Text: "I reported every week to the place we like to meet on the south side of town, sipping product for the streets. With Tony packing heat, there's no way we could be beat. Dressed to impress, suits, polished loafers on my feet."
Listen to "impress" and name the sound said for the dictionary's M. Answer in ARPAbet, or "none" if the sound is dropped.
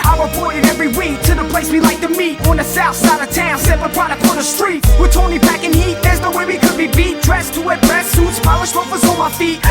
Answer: none